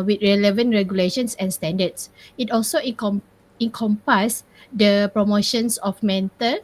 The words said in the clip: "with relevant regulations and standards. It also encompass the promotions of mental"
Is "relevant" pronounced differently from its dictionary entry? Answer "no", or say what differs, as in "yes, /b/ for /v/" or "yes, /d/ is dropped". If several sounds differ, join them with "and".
no